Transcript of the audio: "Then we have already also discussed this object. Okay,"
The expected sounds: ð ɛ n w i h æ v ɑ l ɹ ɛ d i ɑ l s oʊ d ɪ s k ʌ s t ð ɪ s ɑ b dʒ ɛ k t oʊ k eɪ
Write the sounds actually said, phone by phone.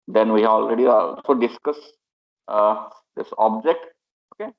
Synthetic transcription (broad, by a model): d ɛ n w i h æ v ɑ l ɹ ɛ d i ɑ s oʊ d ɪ s k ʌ s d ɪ s ɑ b dʒ ɛ k t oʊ k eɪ